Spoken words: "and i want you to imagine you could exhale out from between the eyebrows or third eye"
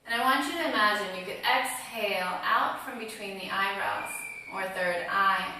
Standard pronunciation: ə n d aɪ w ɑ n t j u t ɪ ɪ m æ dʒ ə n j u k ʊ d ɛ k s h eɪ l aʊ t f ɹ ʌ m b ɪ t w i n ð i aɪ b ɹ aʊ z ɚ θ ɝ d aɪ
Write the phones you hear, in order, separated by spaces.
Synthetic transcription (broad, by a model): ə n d aɪ w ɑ n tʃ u t ɪ ɪ m æ dʒ ə n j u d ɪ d ɛ k s h eɪ l aʊ t f ɹ ʌ m b ɪ t w i n ð i aɪ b ɹ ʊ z ɚ θ ɝ d aɪ